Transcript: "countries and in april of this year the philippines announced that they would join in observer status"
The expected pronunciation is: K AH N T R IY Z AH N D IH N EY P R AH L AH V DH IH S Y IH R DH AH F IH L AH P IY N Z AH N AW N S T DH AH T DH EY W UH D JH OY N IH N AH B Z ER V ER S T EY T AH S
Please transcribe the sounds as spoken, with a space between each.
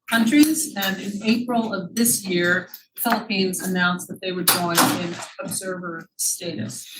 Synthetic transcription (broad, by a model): K AH N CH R IY Z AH N IH N EY P R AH L AH V DH IH S Y IH R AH F IH L AH P IY N Z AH N AW N S DH AH T DH EY W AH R JH OY N IH N AH B Z ER V ER S T EY T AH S